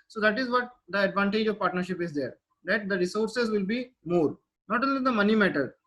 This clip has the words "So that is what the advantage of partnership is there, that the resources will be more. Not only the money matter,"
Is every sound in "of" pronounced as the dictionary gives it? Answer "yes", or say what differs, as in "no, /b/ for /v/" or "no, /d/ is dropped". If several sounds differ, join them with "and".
yes